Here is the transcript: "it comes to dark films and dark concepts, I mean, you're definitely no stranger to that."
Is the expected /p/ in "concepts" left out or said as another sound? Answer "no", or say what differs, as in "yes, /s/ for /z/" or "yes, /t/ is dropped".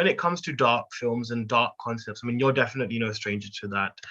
no